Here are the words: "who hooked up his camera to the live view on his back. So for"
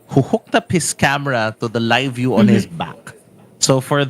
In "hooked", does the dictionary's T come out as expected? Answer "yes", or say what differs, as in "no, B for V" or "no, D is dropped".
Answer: yes